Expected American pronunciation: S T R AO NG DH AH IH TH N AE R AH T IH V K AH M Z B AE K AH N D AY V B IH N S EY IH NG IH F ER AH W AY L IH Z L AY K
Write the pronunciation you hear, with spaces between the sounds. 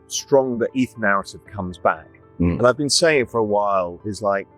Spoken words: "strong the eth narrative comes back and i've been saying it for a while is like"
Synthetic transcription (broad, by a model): S T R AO NG DH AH IH TH N AE R AH T IH V K AH M Z B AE K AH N AY V B IH N S EY IH NG F ER AH W AY L IH Z L AY K